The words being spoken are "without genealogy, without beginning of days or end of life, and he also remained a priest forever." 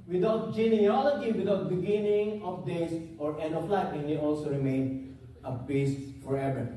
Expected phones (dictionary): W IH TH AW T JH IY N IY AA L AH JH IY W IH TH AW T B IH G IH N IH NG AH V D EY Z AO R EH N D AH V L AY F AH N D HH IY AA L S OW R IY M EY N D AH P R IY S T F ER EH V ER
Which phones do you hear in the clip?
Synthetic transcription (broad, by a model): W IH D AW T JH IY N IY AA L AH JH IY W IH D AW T B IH G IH N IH NG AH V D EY S AO R EH N D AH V L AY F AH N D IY AA L S OW R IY M EY N AH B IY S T F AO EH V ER